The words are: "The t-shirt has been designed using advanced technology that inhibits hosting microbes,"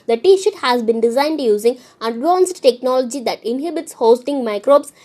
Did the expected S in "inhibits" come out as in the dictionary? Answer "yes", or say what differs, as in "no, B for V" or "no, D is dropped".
yes